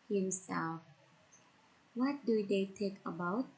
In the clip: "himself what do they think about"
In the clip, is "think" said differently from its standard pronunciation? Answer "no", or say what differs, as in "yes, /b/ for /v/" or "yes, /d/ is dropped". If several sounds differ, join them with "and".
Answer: yes, /t/ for /θ/ and /ŋ/ is dropped